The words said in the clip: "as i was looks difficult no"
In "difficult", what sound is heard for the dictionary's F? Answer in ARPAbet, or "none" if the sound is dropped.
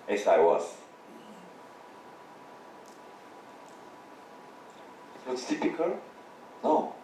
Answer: P